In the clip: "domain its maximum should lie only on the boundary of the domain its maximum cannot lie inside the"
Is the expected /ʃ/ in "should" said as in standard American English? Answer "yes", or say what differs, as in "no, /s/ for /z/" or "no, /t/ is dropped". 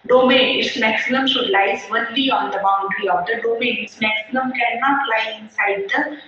yes